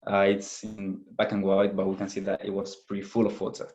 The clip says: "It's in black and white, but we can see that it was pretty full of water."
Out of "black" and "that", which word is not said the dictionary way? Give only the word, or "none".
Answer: black